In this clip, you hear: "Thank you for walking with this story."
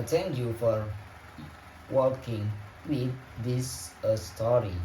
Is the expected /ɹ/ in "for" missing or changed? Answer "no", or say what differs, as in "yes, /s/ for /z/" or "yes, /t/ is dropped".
no